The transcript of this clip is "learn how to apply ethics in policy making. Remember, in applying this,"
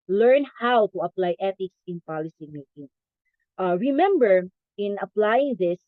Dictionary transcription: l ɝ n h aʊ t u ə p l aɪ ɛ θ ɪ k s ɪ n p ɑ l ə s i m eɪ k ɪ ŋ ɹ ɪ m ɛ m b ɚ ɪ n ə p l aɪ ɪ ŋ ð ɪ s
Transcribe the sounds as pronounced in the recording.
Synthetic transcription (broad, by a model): l ɝ n h aʊ t u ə p l aɪ ɛ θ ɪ k s ɪ n p ɑ l ə s i m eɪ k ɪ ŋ ɹ ɪ m ɛ m b ɚ ɪ n ə p l aɪ ɪ ŋ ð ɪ s